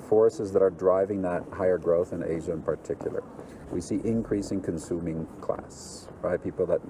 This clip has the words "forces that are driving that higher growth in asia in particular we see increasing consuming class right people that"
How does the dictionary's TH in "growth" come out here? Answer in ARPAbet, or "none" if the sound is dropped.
TH